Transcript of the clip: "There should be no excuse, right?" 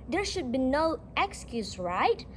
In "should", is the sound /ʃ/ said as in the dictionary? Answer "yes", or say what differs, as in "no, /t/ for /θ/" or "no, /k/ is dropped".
yes